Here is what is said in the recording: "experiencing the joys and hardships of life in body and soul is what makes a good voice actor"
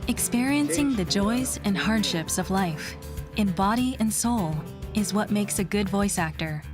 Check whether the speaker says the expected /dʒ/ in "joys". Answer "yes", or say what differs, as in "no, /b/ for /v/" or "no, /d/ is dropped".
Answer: yes